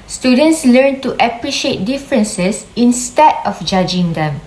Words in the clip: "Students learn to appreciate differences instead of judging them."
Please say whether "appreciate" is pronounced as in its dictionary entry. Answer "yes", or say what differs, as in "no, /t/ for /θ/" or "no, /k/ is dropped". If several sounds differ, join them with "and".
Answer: yes